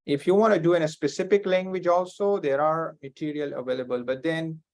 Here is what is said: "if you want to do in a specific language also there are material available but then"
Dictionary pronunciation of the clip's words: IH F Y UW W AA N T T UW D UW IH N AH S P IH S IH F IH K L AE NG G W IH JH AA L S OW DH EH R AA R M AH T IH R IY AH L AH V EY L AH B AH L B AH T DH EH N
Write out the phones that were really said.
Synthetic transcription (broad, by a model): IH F Y UW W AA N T T UW D UW IH N AH S P IH S IH F IH K L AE NG G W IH JH AA L S OW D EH R AA R M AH T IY R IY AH L AH V EY L AH B AH L B AH T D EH N